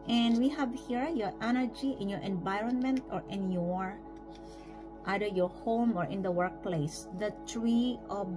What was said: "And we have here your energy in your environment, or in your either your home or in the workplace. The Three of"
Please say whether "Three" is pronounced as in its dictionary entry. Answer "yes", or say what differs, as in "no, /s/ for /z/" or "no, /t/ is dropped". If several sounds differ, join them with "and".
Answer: no, /t/ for /θ/